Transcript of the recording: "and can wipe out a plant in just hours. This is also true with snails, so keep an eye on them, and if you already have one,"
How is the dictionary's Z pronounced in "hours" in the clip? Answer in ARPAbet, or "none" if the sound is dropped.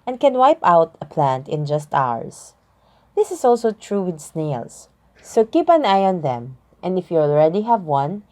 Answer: S